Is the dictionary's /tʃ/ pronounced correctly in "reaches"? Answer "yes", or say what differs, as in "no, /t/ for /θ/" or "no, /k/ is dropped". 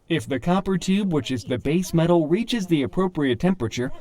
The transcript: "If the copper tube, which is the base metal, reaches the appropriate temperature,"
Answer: yes